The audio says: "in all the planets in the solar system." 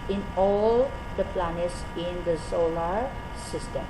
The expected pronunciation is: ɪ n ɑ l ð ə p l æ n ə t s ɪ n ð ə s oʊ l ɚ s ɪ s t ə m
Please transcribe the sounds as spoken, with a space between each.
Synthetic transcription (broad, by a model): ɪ n ɑ l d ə p l æ n ə t s ɪ n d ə s oʊ l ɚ s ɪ s t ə m